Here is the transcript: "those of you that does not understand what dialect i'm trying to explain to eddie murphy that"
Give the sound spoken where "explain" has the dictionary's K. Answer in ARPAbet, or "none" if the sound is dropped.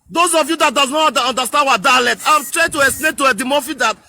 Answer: none